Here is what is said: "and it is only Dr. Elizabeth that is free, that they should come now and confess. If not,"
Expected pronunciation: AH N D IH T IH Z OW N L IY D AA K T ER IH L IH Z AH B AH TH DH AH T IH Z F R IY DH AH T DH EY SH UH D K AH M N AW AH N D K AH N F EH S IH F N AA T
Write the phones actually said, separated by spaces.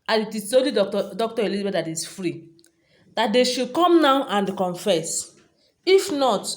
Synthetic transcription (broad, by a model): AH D IH T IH S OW L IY D AA K T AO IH L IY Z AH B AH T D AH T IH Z F R IY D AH T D EY SH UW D K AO M N AW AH N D K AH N F EH S IH F N AA T